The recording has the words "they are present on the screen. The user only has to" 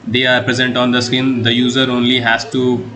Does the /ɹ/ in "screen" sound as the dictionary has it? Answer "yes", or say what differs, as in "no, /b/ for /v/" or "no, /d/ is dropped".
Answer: no, /ɹ/ is dropped